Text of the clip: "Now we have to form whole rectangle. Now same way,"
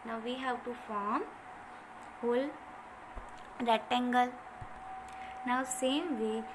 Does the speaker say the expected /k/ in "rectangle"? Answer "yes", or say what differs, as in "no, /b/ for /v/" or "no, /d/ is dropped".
no, /k/ is dropped